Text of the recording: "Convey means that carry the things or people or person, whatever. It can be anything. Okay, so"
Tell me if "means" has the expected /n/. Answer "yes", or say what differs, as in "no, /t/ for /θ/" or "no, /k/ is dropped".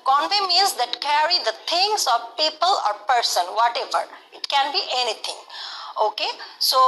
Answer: no, /n/ is dropped